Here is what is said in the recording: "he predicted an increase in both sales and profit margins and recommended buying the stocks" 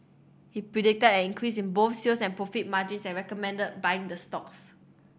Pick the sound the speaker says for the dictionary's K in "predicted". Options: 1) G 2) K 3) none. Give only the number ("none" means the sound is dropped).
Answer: 2